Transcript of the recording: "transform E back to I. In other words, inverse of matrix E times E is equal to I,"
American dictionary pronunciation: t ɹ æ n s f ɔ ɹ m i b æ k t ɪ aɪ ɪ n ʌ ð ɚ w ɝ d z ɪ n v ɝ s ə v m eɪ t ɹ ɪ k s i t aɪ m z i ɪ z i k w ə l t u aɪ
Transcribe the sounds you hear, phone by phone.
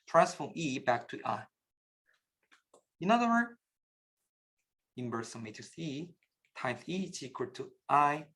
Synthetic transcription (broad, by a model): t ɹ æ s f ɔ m i b æ k t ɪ aɪ ɪ n ʌ ð ɚ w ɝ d ɪ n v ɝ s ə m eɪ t ɪ s i t aɪ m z i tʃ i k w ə t u aɪ